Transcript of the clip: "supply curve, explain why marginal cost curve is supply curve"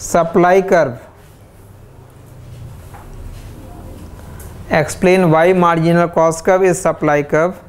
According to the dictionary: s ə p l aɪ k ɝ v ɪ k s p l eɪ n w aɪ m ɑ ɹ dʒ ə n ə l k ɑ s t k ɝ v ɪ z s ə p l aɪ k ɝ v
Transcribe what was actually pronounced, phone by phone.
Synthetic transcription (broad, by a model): s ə p l aɪ k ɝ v ɪ k s p l eɪ n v aɪ m ɑ ɹ dʒ ə n ə l k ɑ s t k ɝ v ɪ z s ə p l aɪ k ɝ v